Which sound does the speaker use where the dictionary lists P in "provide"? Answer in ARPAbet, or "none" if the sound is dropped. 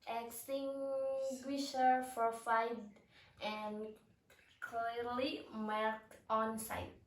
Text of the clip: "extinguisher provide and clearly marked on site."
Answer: F